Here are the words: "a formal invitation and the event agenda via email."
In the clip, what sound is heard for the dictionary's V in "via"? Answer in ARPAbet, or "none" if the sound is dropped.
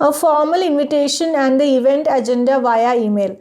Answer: V